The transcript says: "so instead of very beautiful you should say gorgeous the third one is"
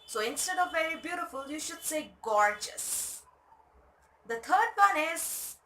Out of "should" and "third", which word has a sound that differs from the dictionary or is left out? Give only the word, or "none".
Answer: third